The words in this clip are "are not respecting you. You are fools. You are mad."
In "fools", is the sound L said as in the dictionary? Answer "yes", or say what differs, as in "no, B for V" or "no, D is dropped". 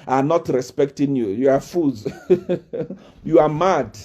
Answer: no, L is dropped